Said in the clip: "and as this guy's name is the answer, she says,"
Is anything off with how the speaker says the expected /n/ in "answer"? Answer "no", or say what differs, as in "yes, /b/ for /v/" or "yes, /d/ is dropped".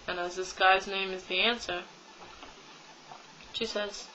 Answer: no